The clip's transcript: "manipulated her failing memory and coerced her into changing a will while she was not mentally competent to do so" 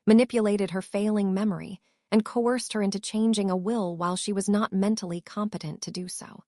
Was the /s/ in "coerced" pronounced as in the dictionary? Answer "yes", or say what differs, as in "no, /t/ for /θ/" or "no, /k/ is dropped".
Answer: yes